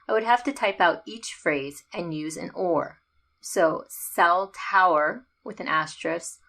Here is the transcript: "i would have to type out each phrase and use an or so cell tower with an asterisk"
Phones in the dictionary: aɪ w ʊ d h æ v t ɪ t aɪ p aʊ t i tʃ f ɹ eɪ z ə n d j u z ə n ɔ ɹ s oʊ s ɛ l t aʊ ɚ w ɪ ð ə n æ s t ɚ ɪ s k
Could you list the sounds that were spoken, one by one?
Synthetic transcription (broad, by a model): aɪ w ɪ d h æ f t ɪ t aɪ p aʊ t i tʃ f ɹ eɪ z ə n j u z ə n ɔ ɹ s oʊ s ɛ l t aʊ ɚ w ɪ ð ə n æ s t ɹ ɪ s